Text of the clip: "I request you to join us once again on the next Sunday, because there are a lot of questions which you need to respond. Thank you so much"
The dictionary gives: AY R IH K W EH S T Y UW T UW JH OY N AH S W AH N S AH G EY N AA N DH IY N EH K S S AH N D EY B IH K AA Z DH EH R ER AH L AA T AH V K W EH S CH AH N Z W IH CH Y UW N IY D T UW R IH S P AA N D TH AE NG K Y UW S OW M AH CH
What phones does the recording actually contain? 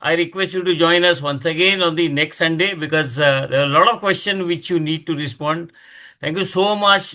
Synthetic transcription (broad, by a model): AY R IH K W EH S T Y UW T UW JH OY N AH S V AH N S AH G EY N AA N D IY N EH K S S AH N D EY B IH K AA Z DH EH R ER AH L AA T AH V K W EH S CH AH N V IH CH Y UW N IY D T UW R IH S P AA N D T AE NG K Y UW S OW M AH CH